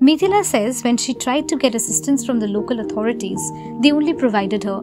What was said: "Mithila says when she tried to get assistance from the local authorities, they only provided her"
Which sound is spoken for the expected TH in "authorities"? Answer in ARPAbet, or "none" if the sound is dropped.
T